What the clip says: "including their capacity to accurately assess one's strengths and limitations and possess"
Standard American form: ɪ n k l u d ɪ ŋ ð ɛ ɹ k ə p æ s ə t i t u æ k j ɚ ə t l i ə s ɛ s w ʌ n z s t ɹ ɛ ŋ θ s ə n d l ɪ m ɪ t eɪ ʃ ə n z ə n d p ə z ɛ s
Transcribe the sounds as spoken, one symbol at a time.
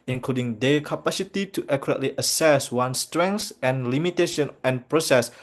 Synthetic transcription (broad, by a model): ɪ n k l u d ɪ ŋ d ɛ k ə p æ s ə t i t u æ k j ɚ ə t l i ə s ɛ s w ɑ n s t ɹ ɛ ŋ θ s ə n l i m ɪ t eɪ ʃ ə n ə n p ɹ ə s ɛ s